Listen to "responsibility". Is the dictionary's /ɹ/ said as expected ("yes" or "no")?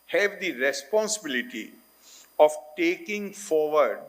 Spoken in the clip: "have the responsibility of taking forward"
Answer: yes